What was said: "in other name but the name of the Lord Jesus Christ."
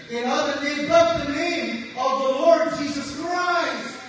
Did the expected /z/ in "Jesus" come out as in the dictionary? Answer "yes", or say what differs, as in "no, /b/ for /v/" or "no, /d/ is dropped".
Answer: yes